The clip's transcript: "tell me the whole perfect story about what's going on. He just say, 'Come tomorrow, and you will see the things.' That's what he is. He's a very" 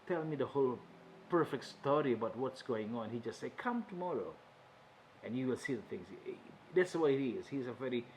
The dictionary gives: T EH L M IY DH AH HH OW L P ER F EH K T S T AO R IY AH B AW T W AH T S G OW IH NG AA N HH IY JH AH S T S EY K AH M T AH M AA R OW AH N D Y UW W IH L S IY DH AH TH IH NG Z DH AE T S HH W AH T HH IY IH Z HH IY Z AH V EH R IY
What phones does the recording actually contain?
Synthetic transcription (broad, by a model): T EH L M IY DH AH HH OW L P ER F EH K T S T AO R IY AH B AW T W AH T S G OW IH NG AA N HH IY JH AH S T S EY K AH M T AH M AA R OW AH N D Y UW W IH L S IY DH AH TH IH NG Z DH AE T S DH W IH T IH Z HH IY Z AH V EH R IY